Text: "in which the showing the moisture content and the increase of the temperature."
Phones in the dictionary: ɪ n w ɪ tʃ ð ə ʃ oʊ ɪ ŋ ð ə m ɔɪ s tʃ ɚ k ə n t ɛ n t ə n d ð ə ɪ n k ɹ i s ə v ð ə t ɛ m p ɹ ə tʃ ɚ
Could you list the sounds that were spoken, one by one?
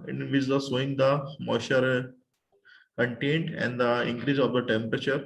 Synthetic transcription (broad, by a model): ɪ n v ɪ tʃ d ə s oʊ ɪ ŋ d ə m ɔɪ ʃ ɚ k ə n t ɛ n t ə n d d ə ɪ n k ɹ i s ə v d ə t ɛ m p ɹ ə tʃ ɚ